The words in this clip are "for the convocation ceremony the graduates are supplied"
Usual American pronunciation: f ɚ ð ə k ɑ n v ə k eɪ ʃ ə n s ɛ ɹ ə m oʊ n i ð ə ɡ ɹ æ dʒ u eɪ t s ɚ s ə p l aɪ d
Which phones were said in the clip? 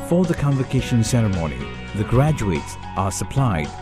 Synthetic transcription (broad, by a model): f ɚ ð ə k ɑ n v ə k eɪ ʃ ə n s ɛ ɹ ə m oʊ n i ð ə ɡ ɹ æ dʒ u eɪ t s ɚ s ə p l aɪ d